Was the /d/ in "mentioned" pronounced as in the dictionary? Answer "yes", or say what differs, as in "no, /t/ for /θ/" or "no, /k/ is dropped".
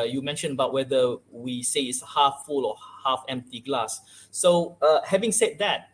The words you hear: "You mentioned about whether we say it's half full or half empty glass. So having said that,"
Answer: no, /d/ is dropped